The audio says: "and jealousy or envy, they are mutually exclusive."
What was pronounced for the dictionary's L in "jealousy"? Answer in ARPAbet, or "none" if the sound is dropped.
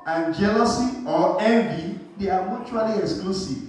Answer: L